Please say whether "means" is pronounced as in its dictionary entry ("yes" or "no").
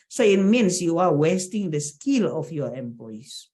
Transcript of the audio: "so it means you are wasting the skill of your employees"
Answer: no